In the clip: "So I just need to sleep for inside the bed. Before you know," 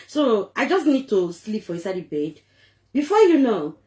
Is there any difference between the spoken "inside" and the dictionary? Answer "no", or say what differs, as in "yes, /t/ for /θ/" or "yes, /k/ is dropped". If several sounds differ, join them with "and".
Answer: yes, /n/ is dropped